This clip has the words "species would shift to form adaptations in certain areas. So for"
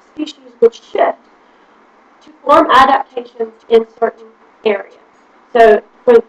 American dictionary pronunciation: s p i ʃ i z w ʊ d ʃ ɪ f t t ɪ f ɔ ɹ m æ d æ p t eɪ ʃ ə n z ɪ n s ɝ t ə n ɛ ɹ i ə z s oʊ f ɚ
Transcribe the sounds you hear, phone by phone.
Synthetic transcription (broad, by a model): s p i ʃ i z w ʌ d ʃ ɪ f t t ɪ f ɔ ɹ m æ d æ p t eɪ ʃ ə n z ɪ n s ɝ t n ɛ ɹ i ə z s oʊ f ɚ